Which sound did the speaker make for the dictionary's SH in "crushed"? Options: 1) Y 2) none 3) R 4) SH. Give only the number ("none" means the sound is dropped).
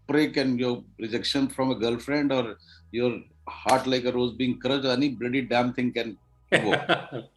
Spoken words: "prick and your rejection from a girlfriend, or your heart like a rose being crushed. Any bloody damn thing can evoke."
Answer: 2